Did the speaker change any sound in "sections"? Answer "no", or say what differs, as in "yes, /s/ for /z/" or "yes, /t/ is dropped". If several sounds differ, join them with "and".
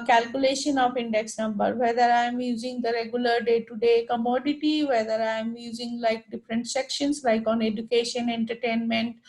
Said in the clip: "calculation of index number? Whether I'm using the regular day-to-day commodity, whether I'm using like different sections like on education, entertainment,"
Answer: yes, /s/ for /z/